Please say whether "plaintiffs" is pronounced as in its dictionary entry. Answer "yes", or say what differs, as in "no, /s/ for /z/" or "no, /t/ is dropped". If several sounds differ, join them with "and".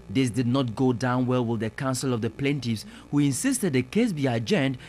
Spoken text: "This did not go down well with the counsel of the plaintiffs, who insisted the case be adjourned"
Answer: no, /f/ is dropped